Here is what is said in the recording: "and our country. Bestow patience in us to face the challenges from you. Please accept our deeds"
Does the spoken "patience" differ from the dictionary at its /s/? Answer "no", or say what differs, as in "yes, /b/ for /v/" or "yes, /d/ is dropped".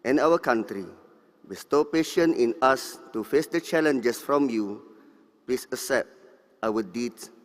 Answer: yes, /s/ is dropped